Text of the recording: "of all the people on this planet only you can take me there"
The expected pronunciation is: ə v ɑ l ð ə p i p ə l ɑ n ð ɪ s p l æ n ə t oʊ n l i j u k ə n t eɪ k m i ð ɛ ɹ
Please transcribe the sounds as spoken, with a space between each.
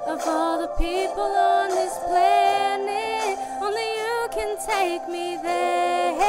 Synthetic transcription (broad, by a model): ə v ɑ l ð ə p i p ə l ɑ n ð ɪ s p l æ n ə oʊ n l i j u k ə n t eɪ k m i ð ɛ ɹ